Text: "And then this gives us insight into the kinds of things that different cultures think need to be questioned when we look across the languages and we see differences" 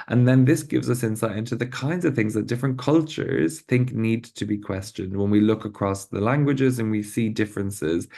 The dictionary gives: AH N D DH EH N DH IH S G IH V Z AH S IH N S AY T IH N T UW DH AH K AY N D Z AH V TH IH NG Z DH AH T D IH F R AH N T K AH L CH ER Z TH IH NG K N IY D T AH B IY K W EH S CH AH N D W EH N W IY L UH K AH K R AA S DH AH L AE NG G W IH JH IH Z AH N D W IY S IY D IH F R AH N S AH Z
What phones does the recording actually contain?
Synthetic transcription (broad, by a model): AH N DH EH N DH IH S G IH V Z AH S IH N S AY T IH N T UW DH AH K AY N D Z AH V TH IH NG Z DH AH T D IH F R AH N K AH L CH ER Z TH IH NG K N IY D T AH B IY K W EH S CH AH N D W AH N W IY L UH K AH K R AA S DH AH L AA NG G W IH JH IH Z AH N W IY S IY D IH F R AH N S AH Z